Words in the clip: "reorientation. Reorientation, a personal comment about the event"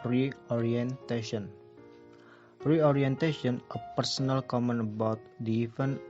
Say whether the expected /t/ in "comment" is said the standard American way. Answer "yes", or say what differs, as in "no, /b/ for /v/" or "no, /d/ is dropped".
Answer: no, /t/ is dropped